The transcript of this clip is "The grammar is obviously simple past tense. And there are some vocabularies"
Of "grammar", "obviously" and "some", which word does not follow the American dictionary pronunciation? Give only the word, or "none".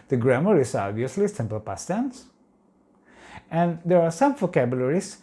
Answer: none